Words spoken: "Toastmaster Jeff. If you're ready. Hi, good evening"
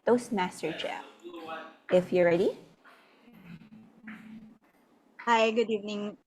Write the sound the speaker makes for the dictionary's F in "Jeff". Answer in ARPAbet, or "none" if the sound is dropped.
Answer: none